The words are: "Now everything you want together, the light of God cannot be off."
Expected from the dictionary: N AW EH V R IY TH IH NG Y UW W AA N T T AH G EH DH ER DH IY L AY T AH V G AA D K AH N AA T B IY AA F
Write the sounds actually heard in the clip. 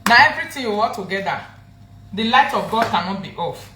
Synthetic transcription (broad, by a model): N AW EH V R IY T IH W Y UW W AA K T T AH G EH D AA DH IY L AY T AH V G AA D K AH N AA T B IY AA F